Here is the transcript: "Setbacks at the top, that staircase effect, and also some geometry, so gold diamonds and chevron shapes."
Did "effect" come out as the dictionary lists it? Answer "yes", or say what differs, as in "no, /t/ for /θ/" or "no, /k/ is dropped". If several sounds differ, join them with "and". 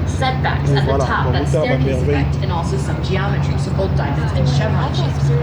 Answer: no, /f/ is dropped